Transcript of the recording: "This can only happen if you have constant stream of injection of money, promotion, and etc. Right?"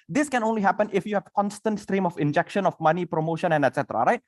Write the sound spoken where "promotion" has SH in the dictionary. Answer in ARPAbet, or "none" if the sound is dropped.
SH